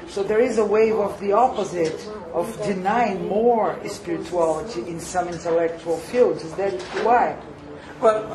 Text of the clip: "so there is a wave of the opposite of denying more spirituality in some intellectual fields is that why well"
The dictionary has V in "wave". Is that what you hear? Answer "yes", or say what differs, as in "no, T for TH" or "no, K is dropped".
yes